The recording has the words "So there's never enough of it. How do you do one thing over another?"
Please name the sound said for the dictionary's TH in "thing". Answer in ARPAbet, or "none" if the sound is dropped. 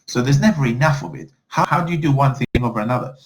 TH